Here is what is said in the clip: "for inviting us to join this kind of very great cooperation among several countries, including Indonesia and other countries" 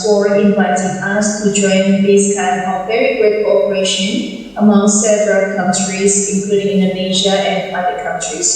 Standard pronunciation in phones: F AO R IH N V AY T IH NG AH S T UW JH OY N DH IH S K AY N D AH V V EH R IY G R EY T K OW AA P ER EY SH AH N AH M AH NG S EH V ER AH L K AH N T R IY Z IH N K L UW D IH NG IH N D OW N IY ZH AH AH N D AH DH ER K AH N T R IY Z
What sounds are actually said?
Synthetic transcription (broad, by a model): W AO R IH N V AY T IH NG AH S T UW JH OY N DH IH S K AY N AH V V EH R IY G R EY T K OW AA P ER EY SH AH N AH M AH NG S EH V ER AH L K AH N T R IY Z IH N K L UW D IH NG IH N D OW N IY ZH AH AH N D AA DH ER K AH N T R IY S